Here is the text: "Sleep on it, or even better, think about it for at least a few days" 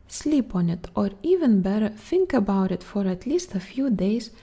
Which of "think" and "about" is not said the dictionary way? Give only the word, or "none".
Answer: none